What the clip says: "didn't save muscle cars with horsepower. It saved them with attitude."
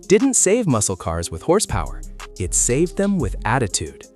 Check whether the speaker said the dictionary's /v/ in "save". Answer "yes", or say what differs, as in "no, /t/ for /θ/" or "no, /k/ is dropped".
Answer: yes